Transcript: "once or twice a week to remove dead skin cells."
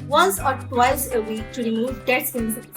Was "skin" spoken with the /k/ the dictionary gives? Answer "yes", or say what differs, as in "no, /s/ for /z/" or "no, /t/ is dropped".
no, /k/ is dropped